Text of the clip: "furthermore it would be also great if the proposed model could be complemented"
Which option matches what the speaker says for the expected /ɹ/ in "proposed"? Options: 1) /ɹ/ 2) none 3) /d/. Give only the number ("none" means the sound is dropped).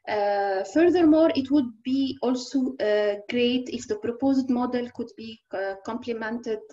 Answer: 1